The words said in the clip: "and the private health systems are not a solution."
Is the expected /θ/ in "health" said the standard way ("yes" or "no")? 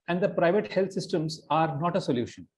no